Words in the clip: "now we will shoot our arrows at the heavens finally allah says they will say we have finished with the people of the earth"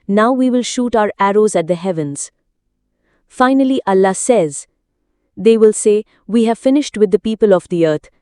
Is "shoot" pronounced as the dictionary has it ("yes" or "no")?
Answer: yes